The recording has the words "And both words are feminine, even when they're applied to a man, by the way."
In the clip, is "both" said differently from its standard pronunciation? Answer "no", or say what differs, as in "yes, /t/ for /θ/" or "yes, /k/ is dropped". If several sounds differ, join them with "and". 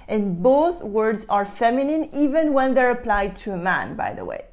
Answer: no